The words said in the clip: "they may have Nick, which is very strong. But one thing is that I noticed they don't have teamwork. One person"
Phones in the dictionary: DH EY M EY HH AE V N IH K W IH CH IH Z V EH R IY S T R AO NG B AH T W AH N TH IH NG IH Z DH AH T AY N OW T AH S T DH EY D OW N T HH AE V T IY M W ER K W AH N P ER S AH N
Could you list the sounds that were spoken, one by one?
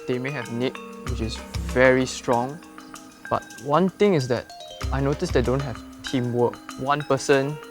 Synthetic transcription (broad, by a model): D EY M EY HH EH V N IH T W IH CH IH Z V EH R IY S T R AO NG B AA T W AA N T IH NG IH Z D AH T AY N OW T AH S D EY D OW N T HH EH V T IY M W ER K W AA N P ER S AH N